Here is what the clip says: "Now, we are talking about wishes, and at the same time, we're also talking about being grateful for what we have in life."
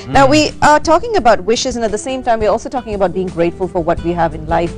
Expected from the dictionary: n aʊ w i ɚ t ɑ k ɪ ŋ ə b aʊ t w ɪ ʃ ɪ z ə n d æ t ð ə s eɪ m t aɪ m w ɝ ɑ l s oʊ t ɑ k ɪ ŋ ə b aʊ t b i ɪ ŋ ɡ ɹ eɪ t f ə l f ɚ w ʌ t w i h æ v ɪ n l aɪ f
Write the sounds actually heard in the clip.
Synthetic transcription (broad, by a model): n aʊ w i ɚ t ɑ k ɪ ŋ ə b aʊ t w ɪ ʃ ɪ z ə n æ t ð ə s eɪ m t aɪ m w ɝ ɑ l s oʊ t ɑ k ɪ ŋ ə b aʊ t b i ɪ ŋ ɡ ɹ eɪ t f ə l f ɚ w ʌ t w i h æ v ɪ n l aɪ f